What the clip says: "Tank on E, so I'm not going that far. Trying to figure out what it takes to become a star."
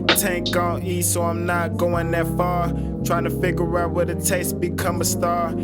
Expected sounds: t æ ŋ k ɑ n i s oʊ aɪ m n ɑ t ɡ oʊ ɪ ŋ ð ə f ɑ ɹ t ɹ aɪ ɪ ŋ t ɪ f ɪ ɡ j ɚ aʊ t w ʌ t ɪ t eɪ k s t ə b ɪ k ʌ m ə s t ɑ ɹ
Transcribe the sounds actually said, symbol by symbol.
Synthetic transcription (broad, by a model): t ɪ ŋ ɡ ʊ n i s oʊ aɪ m n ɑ t ɡ oʊ ɪ ŋ ð ə f ɑ ɹ t ɹ aɪ ɪ ŋ t ɪ f ɪ ɡ j ɚ aʊ t w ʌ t ɪ t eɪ s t b ɪ k ʌ m ə s t ɑ ɹ